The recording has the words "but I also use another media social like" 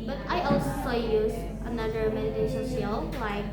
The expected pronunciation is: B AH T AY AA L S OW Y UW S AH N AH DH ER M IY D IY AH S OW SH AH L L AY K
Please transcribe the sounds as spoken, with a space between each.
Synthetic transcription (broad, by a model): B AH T AY AA L S OW Y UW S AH N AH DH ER M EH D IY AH SH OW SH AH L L AY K